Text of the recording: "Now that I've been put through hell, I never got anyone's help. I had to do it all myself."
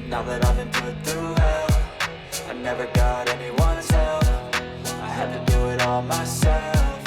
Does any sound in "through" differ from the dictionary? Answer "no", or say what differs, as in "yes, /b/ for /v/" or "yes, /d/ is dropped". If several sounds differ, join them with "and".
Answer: yes, /ɹ/ is dropped